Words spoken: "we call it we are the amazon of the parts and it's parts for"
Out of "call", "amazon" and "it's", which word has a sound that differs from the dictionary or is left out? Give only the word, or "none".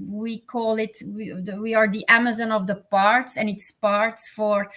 none